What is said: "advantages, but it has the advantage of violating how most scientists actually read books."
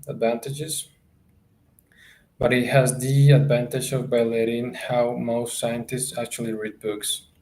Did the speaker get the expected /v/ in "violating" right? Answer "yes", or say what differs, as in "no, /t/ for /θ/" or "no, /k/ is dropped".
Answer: no, /b/ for /v/